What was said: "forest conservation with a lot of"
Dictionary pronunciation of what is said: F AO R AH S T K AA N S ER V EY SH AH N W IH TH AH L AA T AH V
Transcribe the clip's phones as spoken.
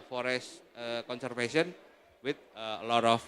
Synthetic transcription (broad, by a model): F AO R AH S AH K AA N S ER F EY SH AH N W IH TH AH L AA T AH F